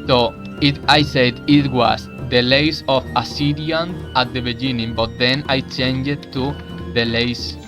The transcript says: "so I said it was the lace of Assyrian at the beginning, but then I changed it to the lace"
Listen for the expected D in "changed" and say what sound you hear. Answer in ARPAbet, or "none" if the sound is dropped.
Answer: none